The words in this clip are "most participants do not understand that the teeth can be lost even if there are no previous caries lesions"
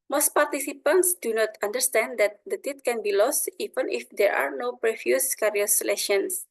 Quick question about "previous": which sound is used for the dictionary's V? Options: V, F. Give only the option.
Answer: F